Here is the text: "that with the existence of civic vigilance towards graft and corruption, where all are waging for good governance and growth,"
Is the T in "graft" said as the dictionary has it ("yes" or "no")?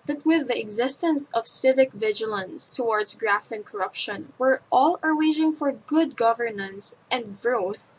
yes